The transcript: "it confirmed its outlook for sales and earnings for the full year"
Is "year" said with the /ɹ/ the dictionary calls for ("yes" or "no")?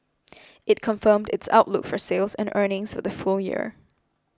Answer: yes